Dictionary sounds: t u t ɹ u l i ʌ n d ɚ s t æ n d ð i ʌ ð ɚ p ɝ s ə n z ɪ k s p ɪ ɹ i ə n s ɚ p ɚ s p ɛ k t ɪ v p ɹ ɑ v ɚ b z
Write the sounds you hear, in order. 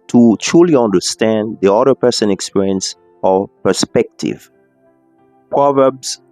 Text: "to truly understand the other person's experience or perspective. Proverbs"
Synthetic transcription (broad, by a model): t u t ɹ u l i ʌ n d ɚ s t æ n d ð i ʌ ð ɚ p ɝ s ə n ɪ k s p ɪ ɹ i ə n s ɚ p ɚ s p ɛ k t ɪ v p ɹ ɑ v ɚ b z